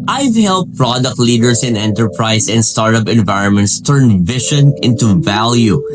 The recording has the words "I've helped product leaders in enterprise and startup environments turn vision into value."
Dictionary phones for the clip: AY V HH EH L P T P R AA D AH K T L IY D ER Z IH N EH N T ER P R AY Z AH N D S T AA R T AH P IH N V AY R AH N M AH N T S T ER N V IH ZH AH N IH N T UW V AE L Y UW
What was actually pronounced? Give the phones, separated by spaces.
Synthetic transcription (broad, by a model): AY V HH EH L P P R AA D AH K T L IY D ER S IH N EH N T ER P R AY S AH N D S T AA R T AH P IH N V AY R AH N M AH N T S T ER N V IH SH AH N IH N T UW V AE L Y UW